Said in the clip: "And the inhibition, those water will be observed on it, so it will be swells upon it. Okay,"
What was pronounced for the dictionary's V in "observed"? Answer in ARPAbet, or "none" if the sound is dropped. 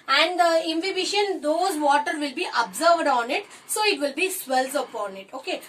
V